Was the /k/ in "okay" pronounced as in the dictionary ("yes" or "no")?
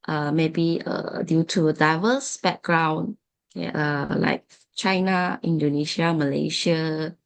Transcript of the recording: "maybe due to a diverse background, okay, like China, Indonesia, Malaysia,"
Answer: no